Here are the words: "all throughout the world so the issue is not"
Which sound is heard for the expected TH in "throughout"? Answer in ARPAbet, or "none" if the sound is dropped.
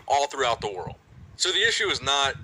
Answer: TH